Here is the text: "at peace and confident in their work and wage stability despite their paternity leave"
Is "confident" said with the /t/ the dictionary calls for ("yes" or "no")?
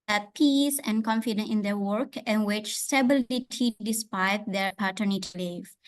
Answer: no